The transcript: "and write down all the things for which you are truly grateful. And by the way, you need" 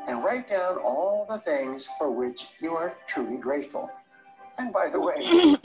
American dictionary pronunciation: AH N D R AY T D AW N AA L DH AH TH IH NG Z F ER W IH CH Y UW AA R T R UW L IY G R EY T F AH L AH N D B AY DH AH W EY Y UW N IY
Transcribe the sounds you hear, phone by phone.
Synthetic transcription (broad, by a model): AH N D R AY T D AW N AA L DH AH TH IH NG Z F ER W IH CH Y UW AA R T R UW L IY G R EY T F AH L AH N B AY DH AH W EY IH